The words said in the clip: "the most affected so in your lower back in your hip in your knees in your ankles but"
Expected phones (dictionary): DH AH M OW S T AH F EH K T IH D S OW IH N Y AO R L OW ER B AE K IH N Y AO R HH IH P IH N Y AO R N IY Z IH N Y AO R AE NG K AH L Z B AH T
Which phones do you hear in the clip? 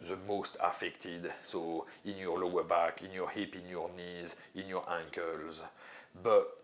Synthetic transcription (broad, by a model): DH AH M OW S T AH F EH K T IH D S OW IH N Y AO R L OW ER B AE K IH N Y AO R HH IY P IH N Y AO R N IY Z IH N Y AO R AE NG K AH L Z B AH T